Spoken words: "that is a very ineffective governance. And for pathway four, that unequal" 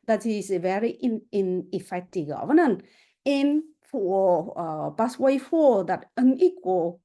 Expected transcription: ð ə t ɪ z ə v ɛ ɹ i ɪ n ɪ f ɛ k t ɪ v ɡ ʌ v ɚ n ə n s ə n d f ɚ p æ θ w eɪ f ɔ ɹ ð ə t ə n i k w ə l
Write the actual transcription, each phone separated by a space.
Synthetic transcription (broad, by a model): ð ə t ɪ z ə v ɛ ɹ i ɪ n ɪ f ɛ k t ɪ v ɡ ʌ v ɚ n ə n ə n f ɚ b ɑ s w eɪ f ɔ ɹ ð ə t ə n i k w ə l